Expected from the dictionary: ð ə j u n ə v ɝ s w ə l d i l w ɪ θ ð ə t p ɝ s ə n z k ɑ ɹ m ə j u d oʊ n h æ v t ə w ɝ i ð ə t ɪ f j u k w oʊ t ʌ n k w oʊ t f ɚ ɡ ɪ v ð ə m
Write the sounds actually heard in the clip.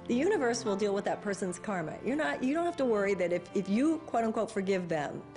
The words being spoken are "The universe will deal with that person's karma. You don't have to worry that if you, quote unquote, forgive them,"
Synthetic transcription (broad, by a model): ð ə j u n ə v ɝ s w ə l d i l w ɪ ð ə t p ɝ s ə n z k ɑ ɹ m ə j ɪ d oʊ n h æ f t ə w ɝ i ð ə t ɪ f j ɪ k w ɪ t ʌ n k w oʊ t f ɚ ɡ ɪ v ð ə m